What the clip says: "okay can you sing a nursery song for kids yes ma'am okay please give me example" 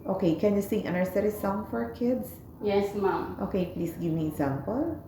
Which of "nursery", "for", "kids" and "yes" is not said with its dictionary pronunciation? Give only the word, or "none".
kids